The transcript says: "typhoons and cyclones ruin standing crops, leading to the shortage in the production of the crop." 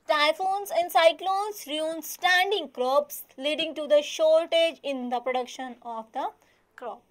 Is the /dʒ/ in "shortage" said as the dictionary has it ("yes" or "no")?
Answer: yes